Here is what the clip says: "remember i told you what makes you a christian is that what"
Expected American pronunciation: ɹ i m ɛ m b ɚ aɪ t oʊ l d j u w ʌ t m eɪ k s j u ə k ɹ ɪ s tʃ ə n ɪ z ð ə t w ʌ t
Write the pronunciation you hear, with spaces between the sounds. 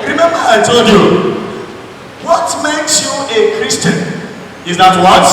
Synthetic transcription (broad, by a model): ɹ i m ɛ m b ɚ aɪ t oʊ l d j u w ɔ t m eɪ k s j u ə k ɹ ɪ s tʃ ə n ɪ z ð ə t w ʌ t